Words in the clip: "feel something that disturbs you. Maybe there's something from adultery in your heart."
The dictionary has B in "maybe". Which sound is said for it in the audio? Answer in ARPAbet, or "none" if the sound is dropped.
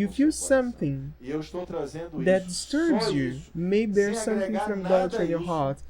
none